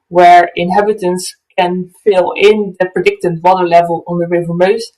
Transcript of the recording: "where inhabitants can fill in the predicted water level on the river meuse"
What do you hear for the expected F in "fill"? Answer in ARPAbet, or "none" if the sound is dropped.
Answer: F